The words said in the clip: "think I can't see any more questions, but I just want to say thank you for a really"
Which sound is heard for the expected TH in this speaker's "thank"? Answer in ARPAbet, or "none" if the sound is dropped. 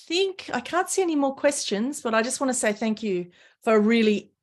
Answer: TH